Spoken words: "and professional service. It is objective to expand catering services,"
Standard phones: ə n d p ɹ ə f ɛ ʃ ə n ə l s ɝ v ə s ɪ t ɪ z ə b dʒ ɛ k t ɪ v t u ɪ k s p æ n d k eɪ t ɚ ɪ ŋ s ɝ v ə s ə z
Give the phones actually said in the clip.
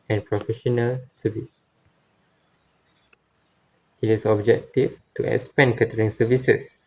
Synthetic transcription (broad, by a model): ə n p ɹ ə f ɛ ʃ ə n ə l s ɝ v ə s ɪ t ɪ s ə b dʒ ɛ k t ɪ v t u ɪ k s p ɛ n k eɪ t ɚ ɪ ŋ s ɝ v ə s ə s